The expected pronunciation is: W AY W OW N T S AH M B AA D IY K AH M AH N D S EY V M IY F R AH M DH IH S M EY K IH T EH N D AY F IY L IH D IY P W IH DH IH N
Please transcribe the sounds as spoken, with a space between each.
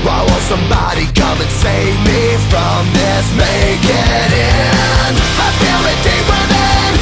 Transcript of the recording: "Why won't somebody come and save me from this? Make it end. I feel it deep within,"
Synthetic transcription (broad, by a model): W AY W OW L S AH M B AA D IY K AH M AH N S EY V M IY F R AH M DH IH S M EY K IH T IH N AY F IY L IH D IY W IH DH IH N